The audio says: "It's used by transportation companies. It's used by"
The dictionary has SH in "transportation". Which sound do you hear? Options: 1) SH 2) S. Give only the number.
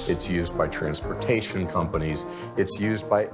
1